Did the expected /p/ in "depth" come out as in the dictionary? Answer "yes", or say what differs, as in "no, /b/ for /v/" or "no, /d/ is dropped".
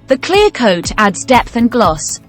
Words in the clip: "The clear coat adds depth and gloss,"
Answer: yes